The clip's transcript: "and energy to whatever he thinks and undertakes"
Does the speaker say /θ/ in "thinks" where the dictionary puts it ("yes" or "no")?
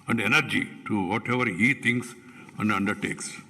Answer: no